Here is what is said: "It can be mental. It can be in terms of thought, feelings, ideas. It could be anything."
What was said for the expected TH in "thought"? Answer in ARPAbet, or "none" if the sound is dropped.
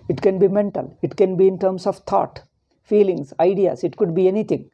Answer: T